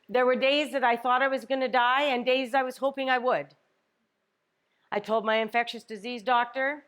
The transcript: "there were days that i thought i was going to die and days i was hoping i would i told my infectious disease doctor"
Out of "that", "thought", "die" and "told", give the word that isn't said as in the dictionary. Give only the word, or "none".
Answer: none